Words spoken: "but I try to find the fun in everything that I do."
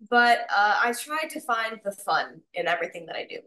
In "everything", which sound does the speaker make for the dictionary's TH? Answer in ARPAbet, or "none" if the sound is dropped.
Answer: TH